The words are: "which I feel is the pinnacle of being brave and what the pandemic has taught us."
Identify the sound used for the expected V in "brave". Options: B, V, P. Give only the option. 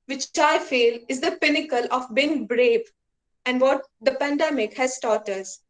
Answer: B